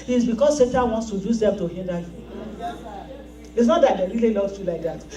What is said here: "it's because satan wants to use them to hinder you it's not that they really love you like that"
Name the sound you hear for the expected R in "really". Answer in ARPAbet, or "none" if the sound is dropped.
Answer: L